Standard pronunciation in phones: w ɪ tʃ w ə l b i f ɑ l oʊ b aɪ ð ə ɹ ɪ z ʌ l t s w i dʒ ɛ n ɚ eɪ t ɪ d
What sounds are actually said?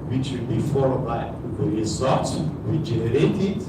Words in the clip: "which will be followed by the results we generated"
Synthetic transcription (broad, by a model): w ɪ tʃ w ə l b i f ɑ l oʊ b aɪ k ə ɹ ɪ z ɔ t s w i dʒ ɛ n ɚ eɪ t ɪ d